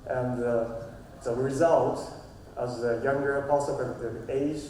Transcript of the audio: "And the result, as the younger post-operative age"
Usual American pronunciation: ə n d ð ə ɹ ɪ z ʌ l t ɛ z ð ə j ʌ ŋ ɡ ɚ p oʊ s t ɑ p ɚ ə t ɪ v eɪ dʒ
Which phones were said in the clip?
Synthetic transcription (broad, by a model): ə n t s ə ɹ ɪ z ʌ l t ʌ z ð ə j ʌ ŋ ɡ ɚ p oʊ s ɑ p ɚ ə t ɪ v eɪ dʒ